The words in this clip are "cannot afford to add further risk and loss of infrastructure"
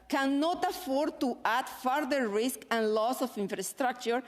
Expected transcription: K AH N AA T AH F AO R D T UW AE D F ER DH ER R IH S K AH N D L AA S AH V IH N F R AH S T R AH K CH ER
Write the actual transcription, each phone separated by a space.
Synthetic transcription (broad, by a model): K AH N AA T AH F AO R D T UW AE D F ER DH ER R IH S K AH N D L AA S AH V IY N F R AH S T R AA K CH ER